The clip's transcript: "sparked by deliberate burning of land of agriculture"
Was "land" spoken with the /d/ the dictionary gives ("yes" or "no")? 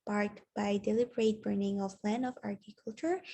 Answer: no